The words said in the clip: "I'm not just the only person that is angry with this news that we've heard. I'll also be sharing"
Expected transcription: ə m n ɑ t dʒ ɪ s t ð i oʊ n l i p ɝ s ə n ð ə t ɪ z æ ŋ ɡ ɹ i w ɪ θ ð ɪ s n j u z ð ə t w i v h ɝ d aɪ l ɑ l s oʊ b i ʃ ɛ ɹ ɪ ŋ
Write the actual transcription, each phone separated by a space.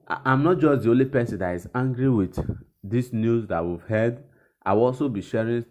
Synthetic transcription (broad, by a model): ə m n ɑ t dʒ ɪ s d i oʊ n l i p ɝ s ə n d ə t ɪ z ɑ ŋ ɡ ɹ i w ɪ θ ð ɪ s n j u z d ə t w i v h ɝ d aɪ w ɑ l s oʊ b i ʃ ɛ ɹ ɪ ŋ